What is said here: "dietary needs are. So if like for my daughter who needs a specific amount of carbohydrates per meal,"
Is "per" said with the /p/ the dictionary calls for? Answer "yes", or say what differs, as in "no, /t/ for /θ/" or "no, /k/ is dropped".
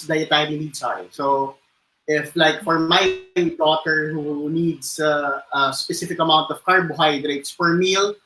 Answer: no, /f/ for /p/